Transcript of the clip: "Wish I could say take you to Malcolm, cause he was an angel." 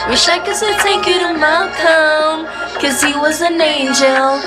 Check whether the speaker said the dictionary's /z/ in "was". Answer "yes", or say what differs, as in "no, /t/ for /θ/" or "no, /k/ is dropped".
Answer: yes